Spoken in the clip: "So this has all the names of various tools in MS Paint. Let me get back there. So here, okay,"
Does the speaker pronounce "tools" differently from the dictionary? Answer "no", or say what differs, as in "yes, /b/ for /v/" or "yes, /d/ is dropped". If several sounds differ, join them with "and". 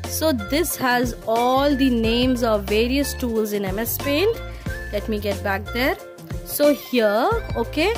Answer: no